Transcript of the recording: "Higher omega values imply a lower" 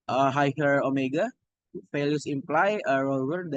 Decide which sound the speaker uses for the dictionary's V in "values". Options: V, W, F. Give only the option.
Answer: F